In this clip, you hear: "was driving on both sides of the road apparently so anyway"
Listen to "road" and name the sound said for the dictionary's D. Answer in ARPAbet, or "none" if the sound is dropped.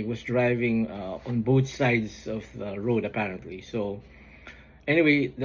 D